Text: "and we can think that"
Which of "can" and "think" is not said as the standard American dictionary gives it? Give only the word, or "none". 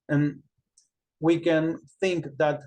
none